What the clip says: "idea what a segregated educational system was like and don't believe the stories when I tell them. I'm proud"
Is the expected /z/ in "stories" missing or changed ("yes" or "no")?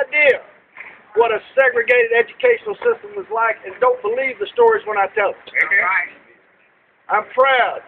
no